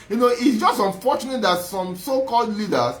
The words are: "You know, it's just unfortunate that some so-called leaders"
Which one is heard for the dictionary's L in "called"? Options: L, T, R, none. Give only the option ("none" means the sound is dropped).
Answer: L